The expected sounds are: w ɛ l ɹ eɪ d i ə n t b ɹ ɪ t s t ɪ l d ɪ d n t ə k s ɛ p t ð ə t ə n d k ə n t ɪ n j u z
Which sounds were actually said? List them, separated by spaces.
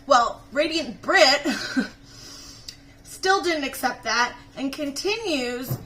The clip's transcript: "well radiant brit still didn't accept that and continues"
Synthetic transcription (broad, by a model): w ɛ l ɹ eɪ d i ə n b ɹ ɪ t s t ɪ l d ɪ d n t ə k s ɛ p t ð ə t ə n k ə n t ɪ n j u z